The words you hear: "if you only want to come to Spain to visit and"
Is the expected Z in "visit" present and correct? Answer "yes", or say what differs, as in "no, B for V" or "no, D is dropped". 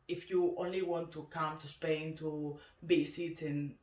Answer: no, S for Z